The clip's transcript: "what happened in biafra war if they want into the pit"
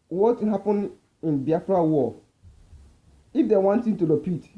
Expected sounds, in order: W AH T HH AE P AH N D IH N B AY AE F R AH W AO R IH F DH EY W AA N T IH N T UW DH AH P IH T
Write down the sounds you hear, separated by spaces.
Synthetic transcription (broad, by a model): W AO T HH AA P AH N IH N B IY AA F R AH W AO IH F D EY W AA N T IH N T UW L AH P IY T